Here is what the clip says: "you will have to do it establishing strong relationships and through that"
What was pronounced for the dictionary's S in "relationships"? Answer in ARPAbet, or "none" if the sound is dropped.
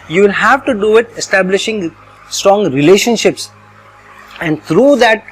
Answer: S